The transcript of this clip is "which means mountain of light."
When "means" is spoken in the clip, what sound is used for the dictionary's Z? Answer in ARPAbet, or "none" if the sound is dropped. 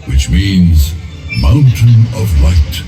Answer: Z